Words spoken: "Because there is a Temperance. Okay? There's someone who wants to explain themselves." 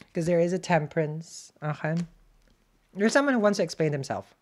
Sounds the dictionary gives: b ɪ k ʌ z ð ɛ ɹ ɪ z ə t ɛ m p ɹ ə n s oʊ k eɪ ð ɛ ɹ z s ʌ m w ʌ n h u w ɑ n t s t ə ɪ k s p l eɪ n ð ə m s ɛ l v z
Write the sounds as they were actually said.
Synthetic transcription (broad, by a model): k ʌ z ð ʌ ɹ ɪ z ə t ɛ m p ɹ ə n s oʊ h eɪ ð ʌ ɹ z s ʌ m w ʌ n h u w ɑ n t s t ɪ k s p l eɪ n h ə m s ɛ l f